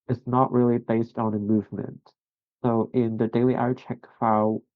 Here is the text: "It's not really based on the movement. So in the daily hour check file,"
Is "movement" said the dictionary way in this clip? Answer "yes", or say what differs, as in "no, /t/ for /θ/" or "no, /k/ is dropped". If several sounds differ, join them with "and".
yes